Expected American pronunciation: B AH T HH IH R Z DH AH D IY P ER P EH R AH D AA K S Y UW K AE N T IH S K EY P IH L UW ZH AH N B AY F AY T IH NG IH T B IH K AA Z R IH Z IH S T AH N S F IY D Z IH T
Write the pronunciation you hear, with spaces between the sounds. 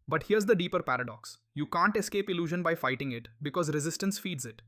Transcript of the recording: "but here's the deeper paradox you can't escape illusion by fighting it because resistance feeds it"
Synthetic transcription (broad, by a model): B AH T HH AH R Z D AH D IY P ER P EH R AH D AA K S Y UW K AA N T IH S K EY P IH L UW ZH AH N B AY F AY T IH NG IH T B IH K AA Z R IH Z IH S T AH N S F IY D Z IH T